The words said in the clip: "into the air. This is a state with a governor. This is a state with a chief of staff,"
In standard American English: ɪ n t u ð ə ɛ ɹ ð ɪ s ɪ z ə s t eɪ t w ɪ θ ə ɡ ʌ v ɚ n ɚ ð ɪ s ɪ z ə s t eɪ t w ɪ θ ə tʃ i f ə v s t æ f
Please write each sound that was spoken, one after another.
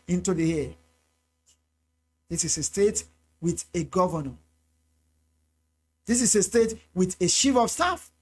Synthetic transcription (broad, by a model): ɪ n t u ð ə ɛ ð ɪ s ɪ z ə s t eɪ t w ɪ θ ə ɡ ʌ v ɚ n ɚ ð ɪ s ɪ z ə s t eɪ t w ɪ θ ə ʃ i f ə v s t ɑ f